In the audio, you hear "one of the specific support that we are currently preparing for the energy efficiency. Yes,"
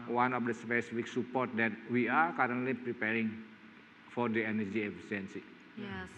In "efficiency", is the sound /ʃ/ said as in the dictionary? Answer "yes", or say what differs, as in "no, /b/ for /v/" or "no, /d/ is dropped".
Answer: no, /s/ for /ʃ/